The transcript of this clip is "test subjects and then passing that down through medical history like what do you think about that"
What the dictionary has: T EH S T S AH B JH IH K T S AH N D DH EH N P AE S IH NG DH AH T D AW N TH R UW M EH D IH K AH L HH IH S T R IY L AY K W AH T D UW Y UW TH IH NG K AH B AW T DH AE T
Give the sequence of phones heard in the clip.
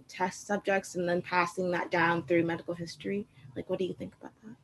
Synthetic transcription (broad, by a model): T EH S T S AH B JH IH K T S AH N DH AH N P AE S IH NG DH AH T D AW N TH R UW M EH D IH K L HH IH S T R IY L AY K W AH T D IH Y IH TH IH NG K AH B AW T DH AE T